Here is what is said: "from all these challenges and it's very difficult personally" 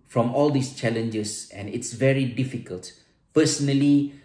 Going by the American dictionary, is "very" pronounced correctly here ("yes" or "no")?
yes